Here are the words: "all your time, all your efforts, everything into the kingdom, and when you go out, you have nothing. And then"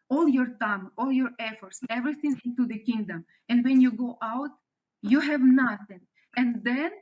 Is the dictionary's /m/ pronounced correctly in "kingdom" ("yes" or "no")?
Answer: yes